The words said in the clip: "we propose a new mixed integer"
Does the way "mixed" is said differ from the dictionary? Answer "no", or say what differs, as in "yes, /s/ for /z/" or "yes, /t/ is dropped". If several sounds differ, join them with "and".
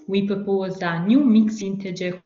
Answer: yes, /t/ is dropped